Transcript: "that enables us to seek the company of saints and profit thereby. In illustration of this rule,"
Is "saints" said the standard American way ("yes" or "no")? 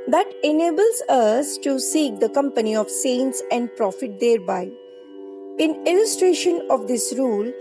yes